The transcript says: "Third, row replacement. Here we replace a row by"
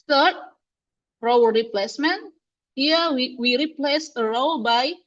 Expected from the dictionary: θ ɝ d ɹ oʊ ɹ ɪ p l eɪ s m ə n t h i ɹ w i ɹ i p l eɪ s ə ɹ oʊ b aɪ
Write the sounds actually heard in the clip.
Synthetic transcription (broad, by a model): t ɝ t ɹ oʊ ɹ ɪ p l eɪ s m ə n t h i w w i ɹ i p l eɪ s ə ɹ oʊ b aɪ